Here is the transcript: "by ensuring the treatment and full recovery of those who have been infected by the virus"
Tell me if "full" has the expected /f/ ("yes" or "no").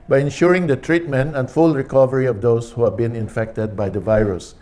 yes